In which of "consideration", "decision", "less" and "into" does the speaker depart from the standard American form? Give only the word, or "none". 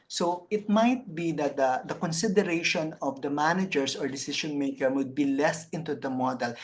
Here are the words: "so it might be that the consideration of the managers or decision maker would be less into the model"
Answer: decision